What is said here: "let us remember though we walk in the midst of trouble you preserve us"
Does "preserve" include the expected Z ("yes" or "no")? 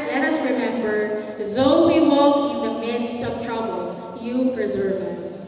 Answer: yes